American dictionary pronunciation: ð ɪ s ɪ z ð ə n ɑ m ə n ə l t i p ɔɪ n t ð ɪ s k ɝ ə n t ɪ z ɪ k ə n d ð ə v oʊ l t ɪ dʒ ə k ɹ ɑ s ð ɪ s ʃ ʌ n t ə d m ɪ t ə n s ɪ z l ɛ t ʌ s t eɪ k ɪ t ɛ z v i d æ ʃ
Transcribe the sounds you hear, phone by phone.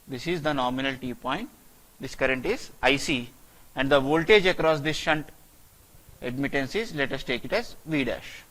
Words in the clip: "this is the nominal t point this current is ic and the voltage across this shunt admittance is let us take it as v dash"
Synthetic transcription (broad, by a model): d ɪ s ɪ z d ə n ɑ m ə n ə l t i p ɔɪ n t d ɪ s k ɝ ə n t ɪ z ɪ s ə n d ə v oʊ l t ɪ dʒ ə k ɹ ɑ s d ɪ s ʃ ʌ n t ə d m ɪ t ə n s ɪ z l ɛ t ʌ s t eɪ k ɪ t ɛ z v i d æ ʃ